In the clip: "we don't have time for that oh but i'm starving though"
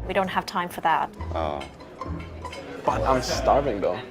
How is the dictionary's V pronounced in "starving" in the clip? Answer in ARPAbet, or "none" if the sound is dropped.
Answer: V